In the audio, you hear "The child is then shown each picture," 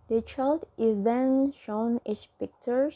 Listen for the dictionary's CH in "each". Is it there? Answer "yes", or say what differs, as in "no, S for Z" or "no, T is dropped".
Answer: no, S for CH